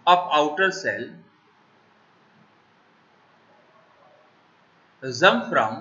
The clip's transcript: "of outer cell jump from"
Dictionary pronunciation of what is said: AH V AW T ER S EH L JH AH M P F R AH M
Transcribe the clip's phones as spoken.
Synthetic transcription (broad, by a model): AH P AW T ER S EH L Z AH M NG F R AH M